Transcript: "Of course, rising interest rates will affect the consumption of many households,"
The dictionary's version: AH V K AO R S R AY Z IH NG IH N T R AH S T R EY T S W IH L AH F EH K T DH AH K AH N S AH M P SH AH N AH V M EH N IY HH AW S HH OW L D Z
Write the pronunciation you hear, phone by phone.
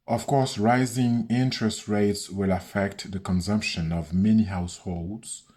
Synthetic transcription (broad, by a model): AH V K AO R S R AY Z IH NG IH N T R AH S T R EY T S W IH L AH F EH K T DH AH K AH N S AH M P SH AH N AH V M EH N IY HH AW S HH OW L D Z